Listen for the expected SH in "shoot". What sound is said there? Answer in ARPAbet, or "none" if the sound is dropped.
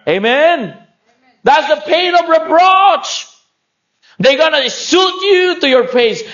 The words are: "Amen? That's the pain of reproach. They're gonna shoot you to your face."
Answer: S